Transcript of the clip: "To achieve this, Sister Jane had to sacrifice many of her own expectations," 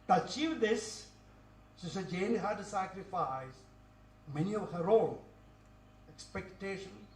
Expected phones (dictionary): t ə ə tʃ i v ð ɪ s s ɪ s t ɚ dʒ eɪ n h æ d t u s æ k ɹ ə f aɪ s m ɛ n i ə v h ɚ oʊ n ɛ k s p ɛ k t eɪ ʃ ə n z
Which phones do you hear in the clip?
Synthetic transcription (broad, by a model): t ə ə tʃ i v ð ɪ s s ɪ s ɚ dʒ eɪ n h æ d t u s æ k ɹ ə f aɪ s m ɛ n i ə v h ɚ oʊ n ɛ k s p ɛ k t eɪ ʃ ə n